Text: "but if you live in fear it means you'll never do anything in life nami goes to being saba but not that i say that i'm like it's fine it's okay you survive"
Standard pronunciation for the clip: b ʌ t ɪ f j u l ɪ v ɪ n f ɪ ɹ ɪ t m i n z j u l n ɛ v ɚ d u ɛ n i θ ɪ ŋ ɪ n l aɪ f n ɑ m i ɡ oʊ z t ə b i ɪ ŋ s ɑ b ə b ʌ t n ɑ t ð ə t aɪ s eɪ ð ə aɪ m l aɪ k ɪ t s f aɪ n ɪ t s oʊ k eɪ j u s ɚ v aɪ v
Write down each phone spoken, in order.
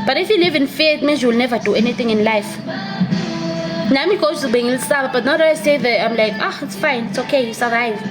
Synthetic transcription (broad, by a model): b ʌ t ɪ f j u l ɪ v ɪ n f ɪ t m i z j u l n ɛ v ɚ d u ɛ n i θ ɪ ŋ ɪ n l aɪ f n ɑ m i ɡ oʊ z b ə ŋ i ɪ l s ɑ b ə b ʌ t n ɑ t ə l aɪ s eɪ ð ə aɪ m l aɪ k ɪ t s f aɪ n ɪ t s oʊ k eɪ j u s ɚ v aɪ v